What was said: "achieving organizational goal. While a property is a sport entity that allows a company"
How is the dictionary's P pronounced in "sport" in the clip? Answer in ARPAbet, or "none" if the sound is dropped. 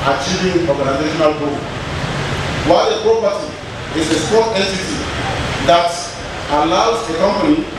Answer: none